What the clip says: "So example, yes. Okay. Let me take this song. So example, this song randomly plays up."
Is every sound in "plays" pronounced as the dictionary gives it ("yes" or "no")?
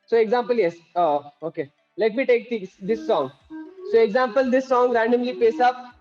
no